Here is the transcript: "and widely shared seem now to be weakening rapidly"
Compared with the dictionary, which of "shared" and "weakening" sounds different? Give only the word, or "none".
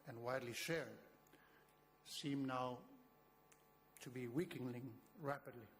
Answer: weakening